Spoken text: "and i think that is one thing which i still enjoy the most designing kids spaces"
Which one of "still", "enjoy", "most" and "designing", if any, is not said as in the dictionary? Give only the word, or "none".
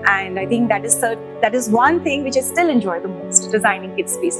none